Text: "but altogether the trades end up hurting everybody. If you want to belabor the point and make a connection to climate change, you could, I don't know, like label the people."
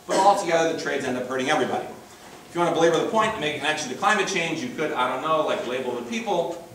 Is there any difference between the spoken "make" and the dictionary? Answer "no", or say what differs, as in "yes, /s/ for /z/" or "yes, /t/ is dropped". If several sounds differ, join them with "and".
yes, /k/ is dropped